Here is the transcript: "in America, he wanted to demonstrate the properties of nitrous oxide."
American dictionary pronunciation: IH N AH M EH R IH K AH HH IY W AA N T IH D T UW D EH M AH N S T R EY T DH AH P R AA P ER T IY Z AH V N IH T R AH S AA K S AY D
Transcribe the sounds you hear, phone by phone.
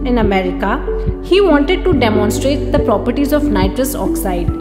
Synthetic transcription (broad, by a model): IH N AH M EH R IH K AH HH IY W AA N T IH D T UW D EH M AH N S T R EY T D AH P R AA P ER T IY Z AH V N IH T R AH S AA K S AY D